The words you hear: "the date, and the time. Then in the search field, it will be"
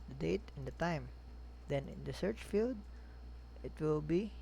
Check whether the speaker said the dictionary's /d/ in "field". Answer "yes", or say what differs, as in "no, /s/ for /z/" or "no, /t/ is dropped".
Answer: yes